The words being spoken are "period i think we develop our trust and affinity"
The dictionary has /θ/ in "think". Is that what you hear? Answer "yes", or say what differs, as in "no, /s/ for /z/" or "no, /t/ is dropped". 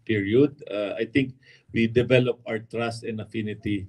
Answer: no, /t/ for /θ/